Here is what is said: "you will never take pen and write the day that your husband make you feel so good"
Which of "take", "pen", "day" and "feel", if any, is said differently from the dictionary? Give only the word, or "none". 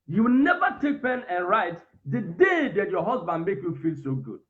none